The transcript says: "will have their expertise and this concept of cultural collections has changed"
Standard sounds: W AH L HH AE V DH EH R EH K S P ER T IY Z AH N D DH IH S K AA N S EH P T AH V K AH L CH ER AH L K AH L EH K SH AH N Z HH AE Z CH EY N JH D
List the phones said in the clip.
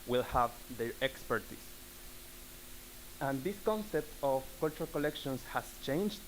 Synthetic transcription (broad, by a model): W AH L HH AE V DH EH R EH K S P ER T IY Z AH N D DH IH S K AA N S EH P T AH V K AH L CH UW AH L K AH L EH K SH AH N S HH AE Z CH EY N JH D